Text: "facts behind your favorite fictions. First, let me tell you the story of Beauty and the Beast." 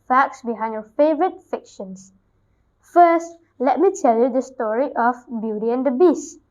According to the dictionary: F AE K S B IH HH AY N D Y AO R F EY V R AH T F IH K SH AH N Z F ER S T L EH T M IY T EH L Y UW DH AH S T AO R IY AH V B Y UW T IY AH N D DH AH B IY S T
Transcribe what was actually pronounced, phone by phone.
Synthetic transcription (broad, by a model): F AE K S B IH HH AY N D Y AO F EY V R AH T F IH K SH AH N S F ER S T L EH T M IY T EH L Y UW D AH S T AO R IY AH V B Y UW T IY AH N D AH B IY S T